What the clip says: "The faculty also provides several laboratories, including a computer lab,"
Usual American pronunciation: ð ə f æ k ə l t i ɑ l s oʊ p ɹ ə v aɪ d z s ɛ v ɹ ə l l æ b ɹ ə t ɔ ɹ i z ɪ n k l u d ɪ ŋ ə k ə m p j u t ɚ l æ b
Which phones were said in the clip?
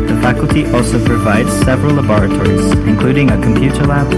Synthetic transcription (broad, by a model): ð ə f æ k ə l t i ɑ l s oʊ p ɹ ə v aɪ d z s ɛ v ɹ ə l l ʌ b ɹ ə t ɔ ɹ i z ɪ n k l u d ɪ ŋ ə k ə m p j u t ɚ l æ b